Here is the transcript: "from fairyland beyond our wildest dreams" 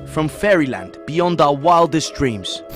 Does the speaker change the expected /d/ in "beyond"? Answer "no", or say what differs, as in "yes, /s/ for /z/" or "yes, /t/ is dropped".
no